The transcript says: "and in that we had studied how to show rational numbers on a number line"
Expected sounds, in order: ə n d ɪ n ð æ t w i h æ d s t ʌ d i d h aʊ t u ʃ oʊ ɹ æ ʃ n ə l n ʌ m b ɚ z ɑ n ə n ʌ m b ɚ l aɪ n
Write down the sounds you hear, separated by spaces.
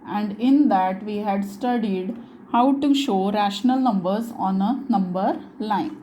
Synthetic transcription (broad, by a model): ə n d ɪ n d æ t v i h æ d s t ʌ d i d h aʊ t u ʃ oʊ ɹ æ ʃ n ə l n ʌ m b ɚ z ɑ n ə n ʌ m b ɚ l aɪ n